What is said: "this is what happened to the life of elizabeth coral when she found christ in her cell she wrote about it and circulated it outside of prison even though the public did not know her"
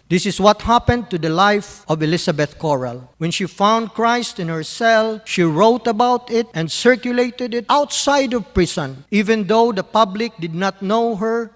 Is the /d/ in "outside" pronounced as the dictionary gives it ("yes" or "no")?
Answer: yes